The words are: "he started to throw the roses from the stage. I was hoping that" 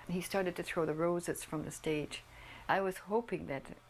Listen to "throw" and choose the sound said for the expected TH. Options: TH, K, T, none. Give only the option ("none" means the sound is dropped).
TH